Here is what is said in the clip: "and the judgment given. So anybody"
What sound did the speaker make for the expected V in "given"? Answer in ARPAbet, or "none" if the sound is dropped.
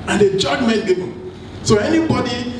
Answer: B